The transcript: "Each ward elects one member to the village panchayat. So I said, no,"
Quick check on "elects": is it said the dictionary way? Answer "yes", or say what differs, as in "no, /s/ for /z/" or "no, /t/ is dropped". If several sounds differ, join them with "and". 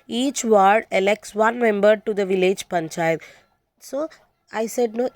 yes